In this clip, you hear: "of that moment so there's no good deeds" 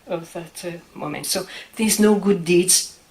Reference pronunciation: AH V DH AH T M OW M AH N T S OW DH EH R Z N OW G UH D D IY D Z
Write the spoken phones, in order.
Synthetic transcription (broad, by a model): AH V DH AH T M OW M AH N T S OW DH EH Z N OW G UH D D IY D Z